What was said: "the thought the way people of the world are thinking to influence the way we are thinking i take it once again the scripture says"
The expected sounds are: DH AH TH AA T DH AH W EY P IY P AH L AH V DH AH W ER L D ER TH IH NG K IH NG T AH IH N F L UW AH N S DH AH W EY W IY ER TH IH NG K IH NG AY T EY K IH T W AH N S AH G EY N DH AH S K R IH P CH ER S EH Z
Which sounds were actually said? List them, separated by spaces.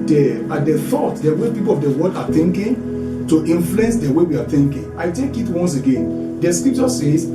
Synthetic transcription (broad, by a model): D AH TH AA T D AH W EY P IY P AH L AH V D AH W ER D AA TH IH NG K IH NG T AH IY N F L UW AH N S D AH W EY W IY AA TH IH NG K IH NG AY T EY K IH T W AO N S AH G EY N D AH S K R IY P CH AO S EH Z